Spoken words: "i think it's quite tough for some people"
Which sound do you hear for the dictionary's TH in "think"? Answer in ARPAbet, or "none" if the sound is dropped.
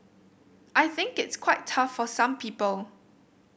TH